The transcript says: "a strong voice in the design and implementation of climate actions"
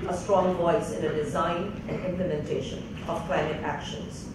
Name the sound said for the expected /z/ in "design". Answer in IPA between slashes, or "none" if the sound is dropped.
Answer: /z/